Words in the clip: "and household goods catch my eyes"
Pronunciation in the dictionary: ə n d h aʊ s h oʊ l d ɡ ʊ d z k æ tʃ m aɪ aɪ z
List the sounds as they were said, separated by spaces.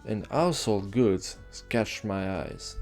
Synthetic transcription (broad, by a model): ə n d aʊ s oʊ l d ɡ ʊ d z k æ tʃ m aɪ aɪ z